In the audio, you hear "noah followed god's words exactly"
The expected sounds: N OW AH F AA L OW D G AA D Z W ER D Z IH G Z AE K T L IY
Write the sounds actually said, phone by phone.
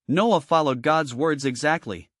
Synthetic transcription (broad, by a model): N OW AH F AA L OW D G AA D Z W ER D Z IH G Z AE K T L IY